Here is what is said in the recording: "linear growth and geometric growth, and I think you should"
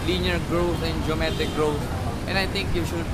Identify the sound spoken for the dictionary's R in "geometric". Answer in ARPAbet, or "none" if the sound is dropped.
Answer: none